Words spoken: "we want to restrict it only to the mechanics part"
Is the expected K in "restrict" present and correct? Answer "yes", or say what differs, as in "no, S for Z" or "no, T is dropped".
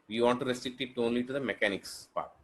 no, K is dropped